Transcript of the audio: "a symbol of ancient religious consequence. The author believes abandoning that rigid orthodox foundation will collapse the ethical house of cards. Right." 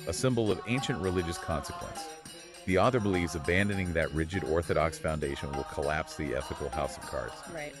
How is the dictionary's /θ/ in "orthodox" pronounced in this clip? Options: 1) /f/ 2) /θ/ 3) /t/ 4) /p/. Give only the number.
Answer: 2